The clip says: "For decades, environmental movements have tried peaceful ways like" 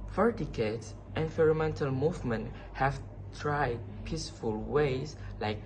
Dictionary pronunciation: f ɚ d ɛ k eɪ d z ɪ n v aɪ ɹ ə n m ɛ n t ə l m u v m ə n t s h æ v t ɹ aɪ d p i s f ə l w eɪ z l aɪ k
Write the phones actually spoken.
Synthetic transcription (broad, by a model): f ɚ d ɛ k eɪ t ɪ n f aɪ ɹ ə m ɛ n t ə l m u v m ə n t h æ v t ɹ aɪ d p i s f ə l w eɪ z l aɪ k